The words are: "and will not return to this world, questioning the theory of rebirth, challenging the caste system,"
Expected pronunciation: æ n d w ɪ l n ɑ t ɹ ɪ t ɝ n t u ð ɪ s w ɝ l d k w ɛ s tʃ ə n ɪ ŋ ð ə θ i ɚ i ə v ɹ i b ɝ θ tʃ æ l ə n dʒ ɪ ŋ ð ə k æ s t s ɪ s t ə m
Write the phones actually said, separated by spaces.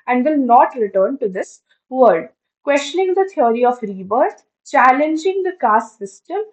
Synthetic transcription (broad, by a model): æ n d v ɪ l n ɑ t ɹ ɪ t ɝ n t u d ɪ s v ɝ d k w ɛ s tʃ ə n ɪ ŋ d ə t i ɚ i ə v ɹ i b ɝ t tʃ æ l ə n dʒ ɪ ŋ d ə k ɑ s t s ɪ s t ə m